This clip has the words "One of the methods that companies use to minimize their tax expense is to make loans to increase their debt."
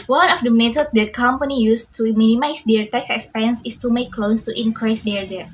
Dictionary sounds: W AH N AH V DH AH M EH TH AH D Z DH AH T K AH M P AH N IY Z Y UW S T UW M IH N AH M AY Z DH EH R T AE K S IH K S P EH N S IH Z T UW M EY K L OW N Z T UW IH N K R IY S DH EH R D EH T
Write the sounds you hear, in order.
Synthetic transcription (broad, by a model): W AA N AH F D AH M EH T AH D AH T K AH M P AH N IY Y UW S T UW M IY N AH M AY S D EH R T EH K S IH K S P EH N S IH S T UW M EY K L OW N S T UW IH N K R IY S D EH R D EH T